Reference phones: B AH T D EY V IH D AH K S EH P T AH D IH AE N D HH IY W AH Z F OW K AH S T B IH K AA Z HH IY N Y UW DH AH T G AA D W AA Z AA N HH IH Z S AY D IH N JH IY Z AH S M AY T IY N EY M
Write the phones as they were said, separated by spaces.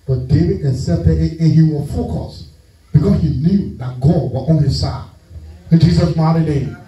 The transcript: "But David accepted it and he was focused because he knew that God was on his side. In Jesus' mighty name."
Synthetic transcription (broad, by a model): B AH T D EY V IH D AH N S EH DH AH IH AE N HH IY W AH F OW K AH S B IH K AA S HH IY N Y UW DH AH T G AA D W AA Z AA N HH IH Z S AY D IH N JH IY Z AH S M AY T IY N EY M